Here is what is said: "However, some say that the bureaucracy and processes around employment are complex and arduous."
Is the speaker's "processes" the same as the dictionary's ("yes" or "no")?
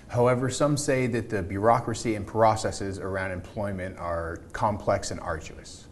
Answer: yes